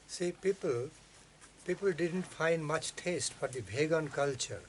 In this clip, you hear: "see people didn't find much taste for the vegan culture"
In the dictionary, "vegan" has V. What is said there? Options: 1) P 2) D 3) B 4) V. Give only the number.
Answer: 3